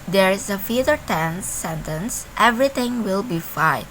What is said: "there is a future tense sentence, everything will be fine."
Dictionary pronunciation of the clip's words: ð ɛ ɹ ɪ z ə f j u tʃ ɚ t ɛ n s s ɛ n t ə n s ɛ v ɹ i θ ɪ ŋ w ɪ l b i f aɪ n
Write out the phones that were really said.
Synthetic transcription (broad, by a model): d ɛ ɹ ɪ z ə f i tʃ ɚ t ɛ n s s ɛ n t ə n s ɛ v ɹ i t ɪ ŋ w ɪ l b i f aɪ